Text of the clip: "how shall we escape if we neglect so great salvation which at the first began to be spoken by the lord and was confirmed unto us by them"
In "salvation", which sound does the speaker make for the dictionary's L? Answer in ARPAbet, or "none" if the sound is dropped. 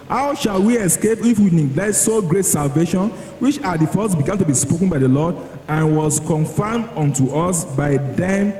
L